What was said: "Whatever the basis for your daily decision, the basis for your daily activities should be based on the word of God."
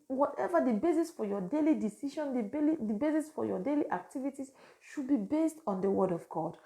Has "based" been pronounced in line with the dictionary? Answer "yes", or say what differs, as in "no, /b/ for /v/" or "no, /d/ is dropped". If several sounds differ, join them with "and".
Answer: yes